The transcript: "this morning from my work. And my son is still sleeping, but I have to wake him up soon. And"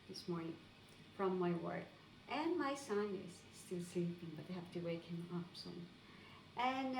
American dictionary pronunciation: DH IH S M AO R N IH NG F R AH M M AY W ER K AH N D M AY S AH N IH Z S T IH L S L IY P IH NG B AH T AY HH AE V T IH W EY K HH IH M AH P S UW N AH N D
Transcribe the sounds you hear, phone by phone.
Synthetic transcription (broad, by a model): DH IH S M AO R N IH NG F R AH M M AY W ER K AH N M AY S AH N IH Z S T IH L S L IY P IH NG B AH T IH HH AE F T IH W EY K HH IH M AH P S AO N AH N